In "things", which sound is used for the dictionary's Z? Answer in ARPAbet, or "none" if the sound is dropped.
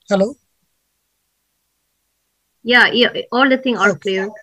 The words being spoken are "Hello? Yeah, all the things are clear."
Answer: none